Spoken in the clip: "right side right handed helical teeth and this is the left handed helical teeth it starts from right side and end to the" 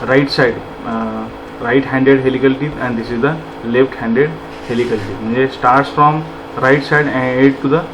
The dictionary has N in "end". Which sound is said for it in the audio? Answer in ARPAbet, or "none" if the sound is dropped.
none